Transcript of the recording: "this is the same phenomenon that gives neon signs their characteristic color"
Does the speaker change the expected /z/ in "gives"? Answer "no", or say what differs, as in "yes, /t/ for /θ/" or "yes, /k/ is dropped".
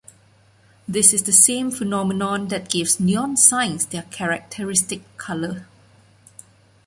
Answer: yes, /s/ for /z/